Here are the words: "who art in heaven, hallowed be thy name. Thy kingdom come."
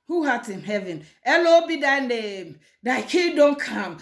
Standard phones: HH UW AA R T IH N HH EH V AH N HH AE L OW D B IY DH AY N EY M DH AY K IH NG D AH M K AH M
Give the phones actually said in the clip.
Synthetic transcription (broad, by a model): HH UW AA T IH N HH EH V AH N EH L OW B IY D AY N EY M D AY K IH D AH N K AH M